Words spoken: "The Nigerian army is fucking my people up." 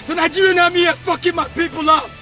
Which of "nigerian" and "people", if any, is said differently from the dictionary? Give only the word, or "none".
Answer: nigerian